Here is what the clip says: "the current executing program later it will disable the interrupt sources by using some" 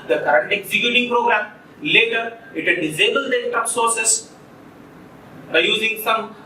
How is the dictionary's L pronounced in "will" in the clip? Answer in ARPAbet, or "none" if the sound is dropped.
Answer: N